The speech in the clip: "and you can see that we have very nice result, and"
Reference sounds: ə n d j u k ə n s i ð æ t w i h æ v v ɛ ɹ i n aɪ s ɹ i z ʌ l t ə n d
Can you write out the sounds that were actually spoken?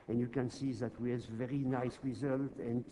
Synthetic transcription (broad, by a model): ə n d j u k ə n s i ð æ t w i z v v ɛ ɹ i n aɪ s ɹ i z ʌ l t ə n